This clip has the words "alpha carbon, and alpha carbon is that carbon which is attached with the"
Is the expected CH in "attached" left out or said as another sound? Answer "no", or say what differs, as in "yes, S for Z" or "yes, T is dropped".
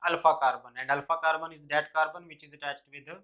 no